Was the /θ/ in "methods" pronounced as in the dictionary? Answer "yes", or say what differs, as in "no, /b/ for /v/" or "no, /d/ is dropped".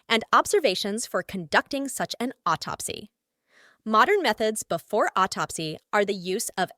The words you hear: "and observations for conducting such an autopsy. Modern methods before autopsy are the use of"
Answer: yes